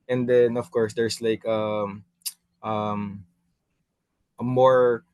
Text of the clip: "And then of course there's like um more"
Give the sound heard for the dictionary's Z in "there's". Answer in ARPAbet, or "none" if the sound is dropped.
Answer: S